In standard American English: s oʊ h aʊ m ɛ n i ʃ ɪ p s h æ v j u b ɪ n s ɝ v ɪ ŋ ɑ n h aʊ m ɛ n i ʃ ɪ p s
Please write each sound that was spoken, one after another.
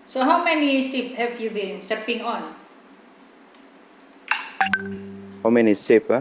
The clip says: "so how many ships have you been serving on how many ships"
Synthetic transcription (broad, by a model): s oʊ h aʊ m ɛ n i s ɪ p h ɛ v j u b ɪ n s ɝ p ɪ ŋ ɑ n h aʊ m ɛ n i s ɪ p